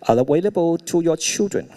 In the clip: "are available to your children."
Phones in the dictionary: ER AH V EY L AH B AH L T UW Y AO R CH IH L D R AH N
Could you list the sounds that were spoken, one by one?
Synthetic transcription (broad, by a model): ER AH W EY L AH B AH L T UW Y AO CH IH L D R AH N